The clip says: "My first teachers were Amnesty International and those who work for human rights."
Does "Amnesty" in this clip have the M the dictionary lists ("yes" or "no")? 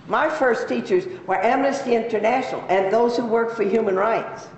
yes